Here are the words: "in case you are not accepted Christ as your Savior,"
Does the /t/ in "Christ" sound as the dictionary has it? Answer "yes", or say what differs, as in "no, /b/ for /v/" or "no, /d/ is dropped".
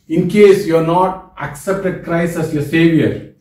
no, /t/ is dropped